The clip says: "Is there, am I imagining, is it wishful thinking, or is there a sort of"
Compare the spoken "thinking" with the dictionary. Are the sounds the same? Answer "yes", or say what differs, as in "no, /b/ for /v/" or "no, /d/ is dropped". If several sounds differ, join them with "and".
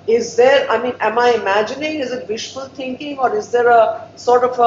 no, /t/ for /θ/